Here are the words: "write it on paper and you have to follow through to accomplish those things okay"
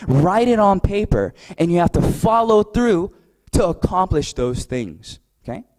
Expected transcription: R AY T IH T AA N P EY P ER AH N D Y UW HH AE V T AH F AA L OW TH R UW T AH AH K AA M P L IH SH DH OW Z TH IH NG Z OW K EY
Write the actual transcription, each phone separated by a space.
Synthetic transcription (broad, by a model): R AY T IH T N P EY P ER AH N Y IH HH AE F T AH F AA L OW TH R UW T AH AH K AA M P L IH SH DH OW Z TH IH NG Z OW K EY